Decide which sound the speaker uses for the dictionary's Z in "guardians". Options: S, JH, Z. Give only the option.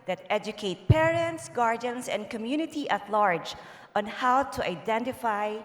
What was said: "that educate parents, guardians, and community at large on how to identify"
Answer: S